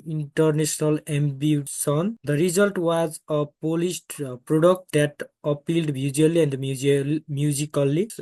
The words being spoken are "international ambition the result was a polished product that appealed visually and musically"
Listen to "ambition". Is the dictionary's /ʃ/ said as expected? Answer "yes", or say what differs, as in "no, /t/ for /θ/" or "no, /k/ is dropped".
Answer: no, /s/ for /ʃ/